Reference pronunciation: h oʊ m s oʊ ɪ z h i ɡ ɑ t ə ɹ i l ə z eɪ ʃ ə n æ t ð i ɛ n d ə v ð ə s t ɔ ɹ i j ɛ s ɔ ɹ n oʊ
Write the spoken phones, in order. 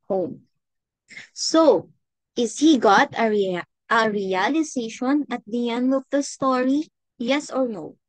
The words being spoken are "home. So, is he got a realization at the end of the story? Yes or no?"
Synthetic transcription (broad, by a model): h oʊ m s oʊ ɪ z h i ɡ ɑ t ə ɹ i l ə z eɪ ʃ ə n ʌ t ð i ɛ n d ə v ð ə s t ɔ ɹ i j ɛ s ɔ ɹ n oʊ